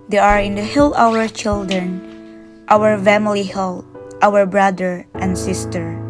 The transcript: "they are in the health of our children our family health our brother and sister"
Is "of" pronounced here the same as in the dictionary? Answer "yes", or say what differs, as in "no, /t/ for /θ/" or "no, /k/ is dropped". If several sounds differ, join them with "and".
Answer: no, /w/ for /v/